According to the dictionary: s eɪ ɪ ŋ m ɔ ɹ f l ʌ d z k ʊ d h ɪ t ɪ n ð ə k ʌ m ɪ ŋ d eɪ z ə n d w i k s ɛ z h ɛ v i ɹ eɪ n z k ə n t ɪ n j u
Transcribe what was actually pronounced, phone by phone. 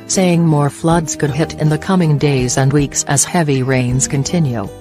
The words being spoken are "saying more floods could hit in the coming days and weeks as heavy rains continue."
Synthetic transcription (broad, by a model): s eɪ ɪ ŋ m ɔ ɹ f l ʌ d z k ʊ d h ɪ t ɪ n ð ə k ʌ m ɪ ŋ d eɪ z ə n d w i k s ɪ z h ɛ v i ɹ eɪ n z k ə n t ɪ n j u